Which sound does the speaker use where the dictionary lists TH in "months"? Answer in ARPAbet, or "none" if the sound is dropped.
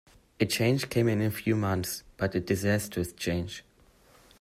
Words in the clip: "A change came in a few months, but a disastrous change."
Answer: TH